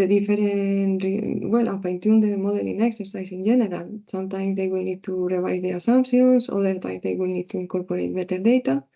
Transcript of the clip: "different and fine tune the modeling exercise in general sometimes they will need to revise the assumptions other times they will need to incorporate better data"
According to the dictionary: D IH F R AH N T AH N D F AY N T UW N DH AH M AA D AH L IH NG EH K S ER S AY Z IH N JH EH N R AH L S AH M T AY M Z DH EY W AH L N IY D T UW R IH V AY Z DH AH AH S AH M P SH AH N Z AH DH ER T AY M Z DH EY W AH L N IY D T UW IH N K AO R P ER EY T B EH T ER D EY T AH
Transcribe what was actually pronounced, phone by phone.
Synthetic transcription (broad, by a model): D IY F R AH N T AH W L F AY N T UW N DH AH M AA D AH L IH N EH K S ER S AY S IH N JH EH N R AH L S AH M T AY M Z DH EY W AH L N IY D T UW R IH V AY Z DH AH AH S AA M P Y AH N S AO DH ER T AY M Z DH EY W AH L N IY D T UW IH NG K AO R P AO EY T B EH T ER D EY T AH